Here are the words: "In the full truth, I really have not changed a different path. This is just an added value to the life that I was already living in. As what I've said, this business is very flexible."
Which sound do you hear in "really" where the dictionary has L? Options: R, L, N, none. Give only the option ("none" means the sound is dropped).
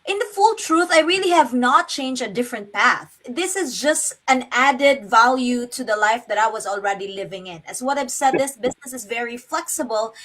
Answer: L